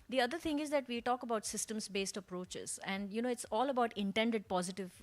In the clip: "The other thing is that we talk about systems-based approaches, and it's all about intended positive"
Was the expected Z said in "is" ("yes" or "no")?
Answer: yes